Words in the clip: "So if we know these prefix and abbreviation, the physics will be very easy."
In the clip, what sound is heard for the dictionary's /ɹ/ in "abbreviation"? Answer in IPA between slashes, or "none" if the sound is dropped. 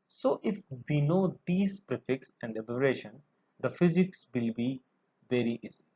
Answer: none